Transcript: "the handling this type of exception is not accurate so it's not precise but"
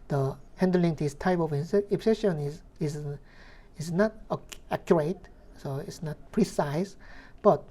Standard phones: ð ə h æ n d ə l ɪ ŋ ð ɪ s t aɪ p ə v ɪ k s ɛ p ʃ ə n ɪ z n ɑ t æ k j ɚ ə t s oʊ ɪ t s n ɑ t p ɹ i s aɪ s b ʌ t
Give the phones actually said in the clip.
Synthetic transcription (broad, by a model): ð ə h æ n d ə l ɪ ŋ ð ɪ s t aɪ p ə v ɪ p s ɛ ʃ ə n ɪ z n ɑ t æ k j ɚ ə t s oʊ ɪ t s n ɑ t p ɹ i s aɪ s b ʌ t